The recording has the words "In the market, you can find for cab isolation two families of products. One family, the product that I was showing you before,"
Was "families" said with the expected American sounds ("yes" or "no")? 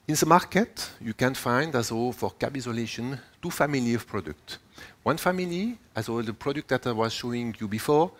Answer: no